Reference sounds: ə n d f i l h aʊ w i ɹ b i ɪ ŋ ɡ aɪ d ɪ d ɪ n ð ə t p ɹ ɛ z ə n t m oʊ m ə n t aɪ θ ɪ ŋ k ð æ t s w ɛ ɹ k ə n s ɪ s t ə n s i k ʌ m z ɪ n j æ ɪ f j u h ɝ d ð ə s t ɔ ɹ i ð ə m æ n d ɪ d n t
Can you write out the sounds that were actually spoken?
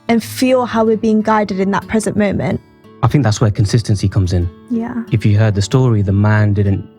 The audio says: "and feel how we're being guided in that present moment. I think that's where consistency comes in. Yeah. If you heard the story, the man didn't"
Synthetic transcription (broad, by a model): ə n f i l h aʊ w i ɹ b i ɪ ŋ ɡ aɪ d ɪ d ɪ n ð ə t p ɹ ɛ z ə n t m oʊ m ə n t aɪ θ ɪ ŋ k ð æ t s w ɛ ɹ k ə n s ɪ s t ə n s i k ʌ m z ɪ n j æ ɪ f j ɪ h ɝ d ð ə s t ɔ ɹ i ð ə m æ n d ɪ d n t